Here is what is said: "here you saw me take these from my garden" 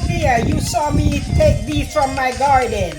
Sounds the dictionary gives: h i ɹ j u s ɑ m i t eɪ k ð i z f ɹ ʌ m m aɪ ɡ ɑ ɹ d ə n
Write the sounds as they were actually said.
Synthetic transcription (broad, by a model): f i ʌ j u s ɑ m i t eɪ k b i f ɹ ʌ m m aɪ ɡ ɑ ɹ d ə n